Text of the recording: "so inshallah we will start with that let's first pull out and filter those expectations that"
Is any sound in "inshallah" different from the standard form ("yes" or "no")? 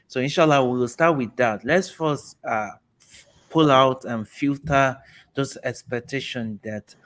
no